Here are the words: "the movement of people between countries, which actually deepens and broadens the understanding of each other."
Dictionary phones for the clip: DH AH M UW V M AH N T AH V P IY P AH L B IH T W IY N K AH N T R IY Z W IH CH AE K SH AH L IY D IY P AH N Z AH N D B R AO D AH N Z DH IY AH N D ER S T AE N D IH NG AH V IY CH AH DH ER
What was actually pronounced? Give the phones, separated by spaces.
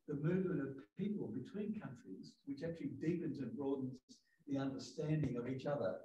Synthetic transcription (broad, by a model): DH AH M UW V M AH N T AH V P IY P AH L B IH T W IY N K AH N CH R IY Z W IH CH AE K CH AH L IY D IY P AH N Z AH N B R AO D N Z DH IY AH N D ER S T AE N D IH NG AH V IY CH AH DH ER